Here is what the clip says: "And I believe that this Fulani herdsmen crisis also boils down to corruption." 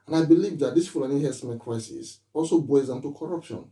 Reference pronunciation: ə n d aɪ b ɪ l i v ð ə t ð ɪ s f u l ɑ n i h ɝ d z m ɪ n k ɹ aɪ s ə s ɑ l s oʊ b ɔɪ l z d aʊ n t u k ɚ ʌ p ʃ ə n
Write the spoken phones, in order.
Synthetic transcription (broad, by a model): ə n aɪ b ɪ l i v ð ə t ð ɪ s p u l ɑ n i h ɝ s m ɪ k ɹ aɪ s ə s ɑ l s oʊ b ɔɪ z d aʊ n t u k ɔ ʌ p ʃ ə n